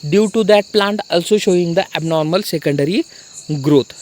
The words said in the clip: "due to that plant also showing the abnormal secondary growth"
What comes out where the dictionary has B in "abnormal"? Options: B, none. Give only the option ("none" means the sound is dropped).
B